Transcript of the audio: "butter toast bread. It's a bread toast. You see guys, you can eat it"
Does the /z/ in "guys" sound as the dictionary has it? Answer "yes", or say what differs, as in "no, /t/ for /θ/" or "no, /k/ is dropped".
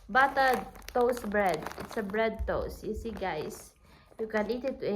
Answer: no, /s/ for /z/